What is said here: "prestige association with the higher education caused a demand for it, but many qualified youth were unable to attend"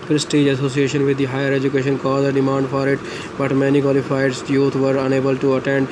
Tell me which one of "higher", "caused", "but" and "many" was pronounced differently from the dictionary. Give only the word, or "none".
caused